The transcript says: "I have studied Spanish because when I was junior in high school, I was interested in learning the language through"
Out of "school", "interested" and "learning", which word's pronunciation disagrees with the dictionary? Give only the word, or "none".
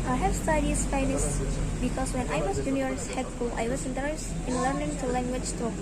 interested